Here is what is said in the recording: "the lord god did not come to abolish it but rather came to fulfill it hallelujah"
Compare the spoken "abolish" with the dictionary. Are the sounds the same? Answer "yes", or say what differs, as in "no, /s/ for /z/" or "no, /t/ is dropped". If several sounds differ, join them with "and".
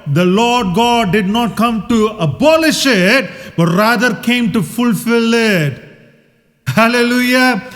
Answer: yes